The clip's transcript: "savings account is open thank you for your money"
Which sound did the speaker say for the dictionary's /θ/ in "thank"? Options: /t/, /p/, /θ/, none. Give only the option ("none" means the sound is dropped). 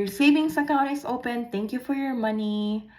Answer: /t/